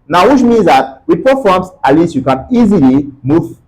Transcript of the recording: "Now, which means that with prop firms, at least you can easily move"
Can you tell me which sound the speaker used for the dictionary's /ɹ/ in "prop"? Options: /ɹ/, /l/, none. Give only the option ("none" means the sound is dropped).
none